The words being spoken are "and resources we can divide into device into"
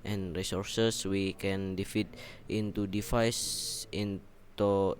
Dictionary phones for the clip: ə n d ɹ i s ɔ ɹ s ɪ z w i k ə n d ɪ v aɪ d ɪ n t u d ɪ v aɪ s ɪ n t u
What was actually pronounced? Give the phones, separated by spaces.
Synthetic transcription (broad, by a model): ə n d ɹ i s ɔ ɹ s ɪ s w i k ə n d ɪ f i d ɪ n t u d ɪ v aɪ s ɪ n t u